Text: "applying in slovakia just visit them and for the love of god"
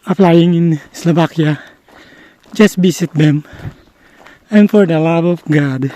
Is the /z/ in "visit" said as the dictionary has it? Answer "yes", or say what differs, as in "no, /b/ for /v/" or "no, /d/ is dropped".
no, /s/ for /z/